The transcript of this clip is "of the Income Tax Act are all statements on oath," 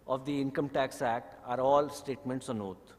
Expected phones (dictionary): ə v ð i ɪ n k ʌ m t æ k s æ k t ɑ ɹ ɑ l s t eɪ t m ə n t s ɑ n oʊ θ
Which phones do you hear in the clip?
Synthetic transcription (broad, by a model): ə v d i ɪ n k ʌ m t æ k s æ k t ɑ ɹ ɑ l s t eɪ t m ə n t s ɑ n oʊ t